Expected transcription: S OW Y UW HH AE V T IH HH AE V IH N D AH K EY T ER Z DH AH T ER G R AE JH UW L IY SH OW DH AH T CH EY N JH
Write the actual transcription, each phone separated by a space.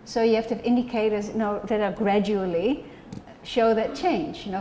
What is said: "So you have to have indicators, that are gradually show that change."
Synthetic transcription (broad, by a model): S OW Y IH HH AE F T IH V IH N D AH K EY T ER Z DH AH T ER G R AE JH UW L IY SH OW DH AH T CH EY N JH